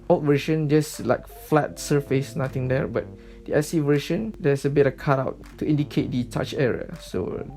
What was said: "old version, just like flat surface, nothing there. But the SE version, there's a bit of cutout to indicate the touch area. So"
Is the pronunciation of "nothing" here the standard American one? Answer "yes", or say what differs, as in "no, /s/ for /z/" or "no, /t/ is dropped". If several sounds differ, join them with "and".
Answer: no, /t/ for /θ/